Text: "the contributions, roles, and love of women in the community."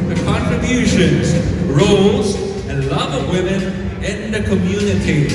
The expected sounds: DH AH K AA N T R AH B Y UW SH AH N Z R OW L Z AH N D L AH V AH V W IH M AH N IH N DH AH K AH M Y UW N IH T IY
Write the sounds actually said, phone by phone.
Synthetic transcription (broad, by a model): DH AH K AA N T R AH B Y UW SH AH N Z R OW L Z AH N L AH V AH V W IH M AH N IH N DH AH K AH M Y UW N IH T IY